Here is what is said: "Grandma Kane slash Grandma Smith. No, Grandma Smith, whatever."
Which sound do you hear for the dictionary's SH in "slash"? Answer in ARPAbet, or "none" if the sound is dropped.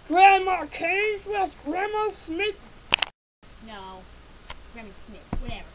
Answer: S